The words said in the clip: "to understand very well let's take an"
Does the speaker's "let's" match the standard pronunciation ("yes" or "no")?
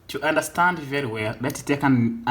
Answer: no